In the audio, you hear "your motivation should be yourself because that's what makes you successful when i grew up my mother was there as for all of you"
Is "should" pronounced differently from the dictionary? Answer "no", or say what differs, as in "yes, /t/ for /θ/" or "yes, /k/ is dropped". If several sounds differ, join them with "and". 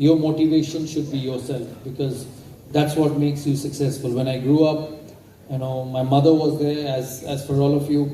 no